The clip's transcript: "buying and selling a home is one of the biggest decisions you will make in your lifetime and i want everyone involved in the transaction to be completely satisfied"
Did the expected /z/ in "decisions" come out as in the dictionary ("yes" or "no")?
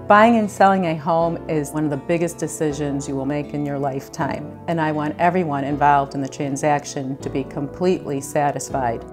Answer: yes